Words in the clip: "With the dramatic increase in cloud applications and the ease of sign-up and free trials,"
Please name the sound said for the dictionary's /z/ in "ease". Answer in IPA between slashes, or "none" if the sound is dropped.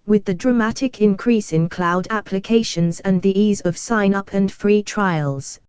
/z/